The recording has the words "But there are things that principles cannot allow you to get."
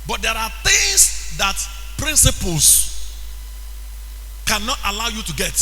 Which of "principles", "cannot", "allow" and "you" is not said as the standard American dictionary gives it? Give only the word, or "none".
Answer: principles